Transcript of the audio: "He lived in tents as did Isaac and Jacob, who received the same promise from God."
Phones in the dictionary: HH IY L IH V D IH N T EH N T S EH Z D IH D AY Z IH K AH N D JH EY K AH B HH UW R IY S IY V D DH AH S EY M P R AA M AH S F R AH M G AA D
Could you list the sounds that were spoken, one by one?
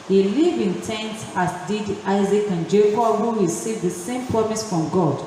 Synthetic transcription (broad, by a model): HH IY L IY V IH N T EH N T AA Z D IH D AY Z IH K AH N JH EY K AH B HH UW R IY S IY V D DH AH S EY M P R AA M AH S F R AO M G AA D